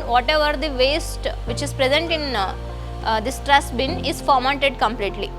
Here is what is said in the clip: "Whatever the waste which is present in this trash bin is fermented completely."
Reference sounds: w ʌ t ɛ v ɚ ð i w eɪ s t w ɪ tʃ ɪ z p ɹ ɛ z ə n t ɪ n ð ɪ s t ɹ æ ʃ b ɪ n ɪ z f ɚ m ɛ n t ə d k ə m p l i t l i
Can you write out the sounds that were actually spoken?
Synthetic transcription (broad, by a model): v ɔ t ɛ v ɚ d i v eɪ s t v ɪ tʃ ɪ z p ɹ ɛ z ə n t ɪ n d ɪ s t ɹ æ s b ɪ n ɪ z f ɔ m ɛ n t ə d k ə m p l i t l i